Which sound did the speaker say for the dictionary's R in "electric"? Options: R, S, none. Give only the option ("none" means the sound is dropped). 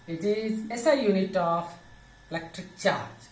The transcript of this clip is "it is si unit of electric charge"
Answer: R